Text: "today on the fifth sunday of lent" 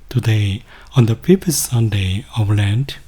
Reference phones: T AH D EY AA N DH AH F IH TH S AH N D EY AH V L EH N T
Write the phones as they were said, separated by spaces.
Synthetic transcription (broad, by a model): T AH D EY AA N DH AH P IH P S AH N D EY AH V L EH N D